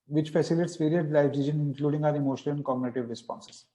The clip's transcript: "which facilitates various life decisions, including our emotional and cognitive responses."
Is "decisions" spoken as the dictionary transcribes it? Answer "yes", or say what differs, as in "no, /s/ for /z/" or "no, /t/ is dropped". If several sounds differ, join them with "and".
no, /z/ is dropped